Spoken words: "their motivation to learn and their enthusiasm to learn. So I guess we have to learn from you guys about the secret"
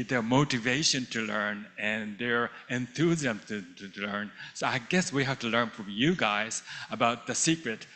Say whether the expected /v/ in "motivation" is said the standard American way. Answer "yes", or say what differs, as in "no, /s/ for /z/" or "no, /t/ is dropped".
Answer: yes